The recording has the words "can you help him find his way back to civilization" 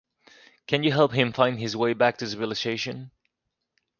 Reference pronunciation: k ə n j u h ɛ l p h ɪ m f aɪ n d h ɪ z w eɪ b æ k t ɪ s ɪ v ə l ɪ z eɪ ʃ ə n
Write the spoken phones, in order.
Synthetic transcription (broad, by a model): k ə n j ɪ h ɛ l p h ɪ m f aɪ n d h ɪ z w eɪ b æ k t ɪ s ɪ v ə l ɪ s eɪ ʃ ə n